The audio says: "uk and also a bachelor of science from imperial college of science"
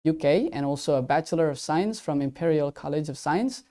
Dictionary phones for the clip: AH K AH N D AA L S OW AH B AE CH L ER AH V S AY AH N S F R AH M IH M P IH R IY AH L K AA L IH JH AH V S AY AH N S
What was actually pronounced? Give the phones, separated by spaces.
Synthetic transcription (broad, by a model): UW K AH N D AA L S OW AH B AE CH L ER AH V S AY AH N S F R AH M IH M P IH R IY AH L K AA L IH JH AH V S AY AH N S